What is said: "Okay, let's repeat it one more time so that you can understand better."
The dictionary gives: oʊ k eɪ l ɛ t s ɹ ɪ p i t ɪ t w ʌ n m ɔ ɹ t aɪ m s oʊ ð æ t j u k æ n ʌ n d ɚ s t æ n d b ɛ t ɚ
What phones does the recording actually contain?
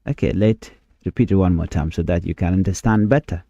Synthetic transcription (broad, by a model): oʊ k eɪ l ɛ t ɹ ɪ p i t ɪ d w ʌ n m ɔ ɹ t aɪ m s oʊ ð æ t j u k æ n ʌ n d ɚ s t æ n d b ɛ t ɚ